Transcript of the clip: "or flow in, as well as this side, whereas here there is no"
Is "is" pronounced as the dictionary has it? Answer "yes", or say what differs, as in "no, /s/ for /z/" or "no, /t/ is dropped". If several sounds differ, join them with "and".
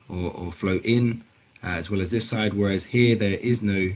yes